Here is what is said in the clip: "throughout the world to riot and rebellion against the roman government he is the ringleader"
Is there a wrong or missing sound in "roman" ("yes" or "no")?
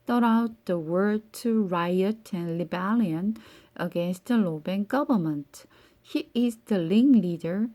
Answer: yes